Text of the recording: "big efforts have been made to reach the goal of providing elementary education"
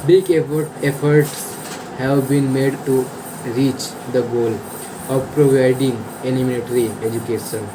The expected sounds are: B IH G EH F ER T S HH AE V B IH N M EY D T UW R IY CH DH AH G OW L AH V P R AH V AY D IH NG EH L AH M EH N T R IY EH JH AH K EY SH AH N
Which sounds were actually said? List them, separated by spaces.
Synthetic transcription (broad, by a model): B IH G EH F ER T S HH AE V B IH N M EY D T UW R IY CH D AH G OW L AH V P R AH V AY D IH NG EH N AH M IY L T R IY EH JH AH K EY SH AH N